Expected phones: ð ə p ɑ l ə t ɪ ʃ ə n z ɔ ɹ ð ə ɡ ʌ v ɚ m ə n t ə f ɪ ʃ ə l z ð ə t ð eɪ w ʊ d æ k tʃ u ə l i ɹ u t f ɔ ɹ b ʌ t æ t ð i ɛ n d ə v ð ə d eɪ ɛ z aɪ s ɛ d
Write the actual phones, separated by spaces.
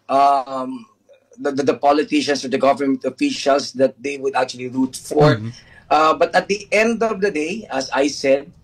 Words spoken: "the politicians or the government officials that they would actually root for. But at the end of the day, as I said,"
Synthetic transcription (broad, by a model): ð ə p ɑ l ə t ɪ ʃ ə n s ɔ ɹ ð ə ɡ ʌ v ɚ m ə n t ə f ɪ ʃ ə l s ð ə t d eɪ w ʊ d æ k tʃ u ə l i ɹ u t f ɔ ɹ b ʌ t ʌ t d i ɛ n d ə v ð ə d eɪ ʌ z aɪ s ɛ d